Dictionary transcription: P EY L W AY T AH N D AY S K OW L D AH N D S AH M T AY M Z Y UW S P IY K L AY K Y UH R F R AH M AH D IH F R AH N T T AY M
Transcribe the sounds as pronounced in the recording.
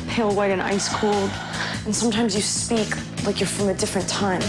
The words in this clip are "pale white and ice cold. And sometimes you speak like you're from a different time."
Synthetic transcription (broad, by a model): P EY L W AY T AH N AY S K OW L D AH N S AH M T AY M Z Y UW S P IY K L AY K Y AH R F R AH M AH D IH F R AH N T T AY M